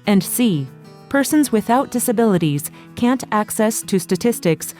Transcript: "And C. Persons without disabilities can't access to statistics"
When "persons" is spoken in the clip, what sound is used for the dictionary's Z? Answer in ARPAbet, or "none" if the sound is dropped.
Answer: Z